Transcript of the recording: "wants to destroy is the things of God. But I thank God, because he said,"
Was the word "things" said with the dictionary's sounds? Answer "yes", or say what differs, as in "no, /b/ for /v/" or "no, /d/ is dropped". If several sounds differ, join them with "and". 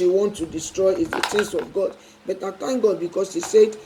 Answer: no, /s/ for /θ/